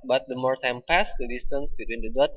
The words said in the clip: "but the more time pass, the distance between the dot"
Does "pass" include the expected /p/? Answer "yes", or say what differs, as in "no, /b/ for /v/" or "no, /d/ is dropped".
yes